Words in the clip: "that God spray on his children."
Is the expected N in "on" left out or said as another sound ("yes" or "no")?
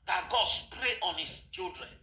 no